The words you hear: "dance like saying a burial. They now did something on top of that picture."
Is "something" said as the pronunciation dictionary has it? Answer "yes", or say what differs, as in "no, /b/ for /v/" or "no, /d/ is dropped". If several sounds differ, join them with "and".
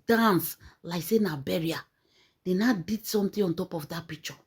no, /t/ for /θ/